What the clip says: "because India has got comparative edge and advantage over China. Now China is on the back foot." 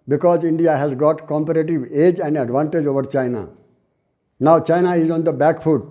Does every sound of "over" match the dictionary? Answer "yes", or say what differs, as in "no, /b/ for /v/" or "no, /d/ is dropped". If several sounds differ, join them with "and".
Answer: yes